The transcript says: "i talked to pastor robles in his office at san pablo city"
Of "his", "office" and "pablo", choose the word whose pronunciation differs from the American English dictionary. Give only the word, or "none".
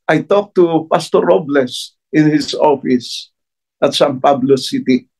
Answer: his